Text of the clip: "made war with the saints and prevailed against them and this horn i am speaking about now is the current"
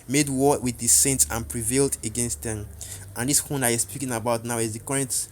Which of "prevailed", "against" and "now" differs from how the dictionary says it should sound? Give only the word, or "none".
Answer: none